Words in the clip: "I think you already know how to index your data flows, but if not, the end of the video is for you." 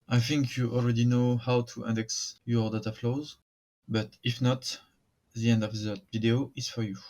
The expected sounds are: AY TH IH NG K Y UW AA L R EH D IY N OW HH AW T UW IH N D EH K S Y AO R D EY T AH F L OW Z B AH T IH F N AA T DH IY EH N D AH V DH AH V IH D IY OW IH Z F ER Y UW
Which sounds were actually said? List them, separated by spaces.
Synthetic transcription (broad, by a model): AY TH IH NG K Y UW AA L R EH D IY N OW HH AW T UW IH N D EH K S Y AO R D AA T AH F L OW Z B AH T IH F N AA T DH IY EH N D AH V DH AH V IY D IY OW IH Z F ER Y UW